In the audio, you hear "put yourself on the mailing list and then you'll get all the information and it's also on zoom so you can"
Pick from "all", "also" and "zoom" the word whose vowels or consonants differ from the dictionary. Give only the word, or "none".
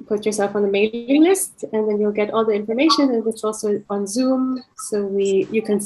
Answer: none